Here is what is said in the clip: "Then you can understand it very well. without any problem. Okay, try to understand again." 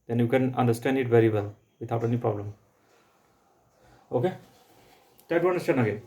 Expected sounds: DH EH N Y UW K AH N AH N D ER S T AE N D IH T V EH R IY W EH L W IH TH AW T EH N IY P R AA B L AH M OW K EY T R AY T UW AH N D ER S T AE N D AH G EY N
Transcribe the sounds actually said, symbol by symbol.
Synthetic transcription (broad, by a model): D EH N Y UW K AH N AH N D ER S T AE N D IH T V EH R IY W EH L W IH T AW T EH N IY P R AA B L AH M OW K EY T AY T UW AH N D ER S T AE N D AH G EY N